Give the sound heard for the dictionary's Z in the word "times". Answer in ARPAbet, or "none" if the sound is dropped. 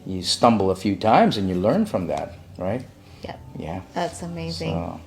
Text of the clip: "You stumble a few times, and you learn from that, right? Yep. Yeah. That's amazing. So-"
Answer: Z